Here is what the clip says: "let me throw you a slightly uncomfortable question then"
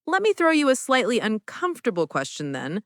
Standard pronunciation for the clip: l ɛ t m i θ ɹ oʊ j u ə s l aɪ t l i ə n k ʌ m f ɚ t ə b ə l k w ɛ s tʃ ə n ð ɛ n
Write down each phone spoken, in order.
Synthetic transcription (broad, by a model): l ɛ t m i θ ɹ oʊ j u ə s l aɪ t l i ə n k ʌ m f t ə b l k w ɛ s tʃ ə n ð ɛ n